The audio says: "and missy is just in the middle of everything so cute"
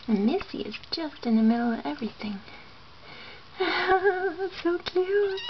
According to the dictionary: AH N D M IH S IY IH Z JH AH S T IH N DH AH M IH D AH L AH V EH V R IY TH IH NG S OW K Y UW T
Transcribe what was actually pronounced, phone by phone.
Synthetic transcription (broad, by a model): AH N M IH S IY IH Z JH AH S T IH N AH M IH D L AH V EH V R IY TH IH NG S OW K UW